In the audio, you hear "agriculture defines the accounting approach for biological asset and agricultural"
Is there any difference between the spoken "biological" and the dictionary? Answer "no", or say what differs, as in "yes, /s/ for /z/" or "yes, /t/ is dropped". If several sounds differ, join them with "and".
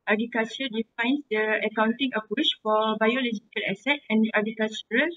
no